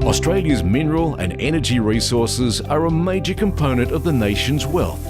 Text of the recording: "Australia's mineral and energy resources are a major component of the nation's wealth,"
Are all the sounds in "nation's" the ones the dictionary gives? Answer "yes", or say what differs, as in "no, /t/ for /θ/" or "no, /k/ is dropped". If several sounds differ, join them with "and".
yes